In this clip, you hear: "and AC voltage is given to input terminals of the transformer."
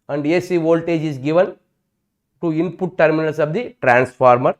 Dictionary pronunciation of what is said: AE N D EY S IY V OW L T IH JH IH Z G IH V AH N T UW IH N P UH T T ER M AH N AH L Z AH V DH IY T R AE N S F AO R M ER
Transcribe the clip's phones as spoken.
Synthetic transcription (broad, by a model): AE N D EY S IY V OW L T IH JH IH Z G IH V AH N T UW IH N P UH T T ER M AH N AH L S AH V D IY T R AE N S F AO R M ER